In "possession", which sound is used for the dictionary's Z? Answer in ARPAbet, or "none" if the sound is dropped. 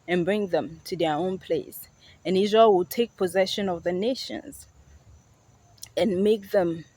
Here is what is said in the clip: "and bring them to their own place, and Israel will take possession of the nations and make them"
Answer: Z